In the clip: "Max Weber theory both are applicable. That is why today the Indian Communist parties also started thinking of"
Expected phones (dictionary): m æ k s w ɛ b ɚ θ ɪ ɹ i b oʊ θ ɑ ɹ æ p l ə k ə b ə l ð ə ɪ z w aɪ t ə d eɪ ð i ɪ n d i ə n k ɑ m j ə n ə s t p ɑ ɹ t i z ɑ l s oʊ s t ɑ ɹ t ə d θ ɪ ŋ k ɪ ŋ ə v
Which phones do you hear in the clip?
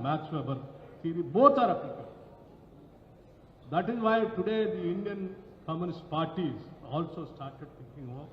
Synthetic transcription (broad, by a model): m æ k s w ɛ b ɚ s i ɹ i b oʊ t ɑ ɹ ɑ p ə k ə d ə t ɪ z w aɪ t ə d eɪ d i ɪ n d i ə n k ɑ m j ə n ə s t p ɑ ɹ t i z ɑ l s oʊ s t ɑ ɹ t ə d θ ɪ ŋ k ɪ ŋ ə